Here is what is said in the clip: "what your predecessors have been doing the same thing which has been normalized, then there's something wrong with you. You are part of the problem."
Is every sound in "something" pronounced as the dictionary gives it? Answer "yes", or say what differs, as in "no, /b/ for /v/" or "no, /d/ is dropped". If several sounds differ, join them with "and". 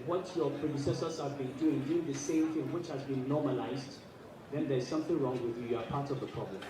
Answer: yes